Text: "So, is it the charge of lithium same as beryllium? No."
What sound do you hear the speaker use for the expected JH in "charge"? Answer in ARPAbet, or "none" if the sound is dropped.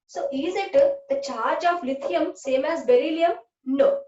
JH